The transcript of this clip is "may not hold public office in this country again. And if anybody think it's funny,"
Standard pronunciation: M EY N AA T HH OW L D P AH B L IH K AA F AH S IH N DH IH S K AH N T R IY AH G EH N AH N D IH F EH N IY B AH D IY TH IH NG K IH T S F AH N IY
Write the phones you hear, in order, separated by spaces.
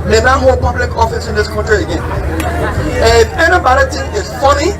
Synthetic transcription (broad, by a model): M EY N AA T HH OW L P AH B L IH K AA F AH S IH N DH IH S K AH N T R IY AH G EH N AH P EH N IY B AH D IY T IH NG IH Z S F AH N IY